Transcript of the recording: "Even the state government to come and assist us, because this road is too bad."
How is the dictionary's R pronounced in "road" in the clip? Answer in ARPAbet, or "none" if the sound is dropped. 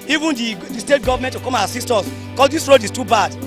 R